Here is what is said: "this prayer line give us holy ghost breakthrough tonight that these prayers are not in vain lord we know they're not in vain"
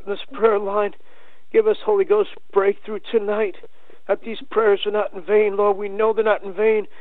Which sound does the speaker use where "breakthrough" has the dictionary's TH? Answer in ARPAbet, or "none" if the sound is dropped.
TH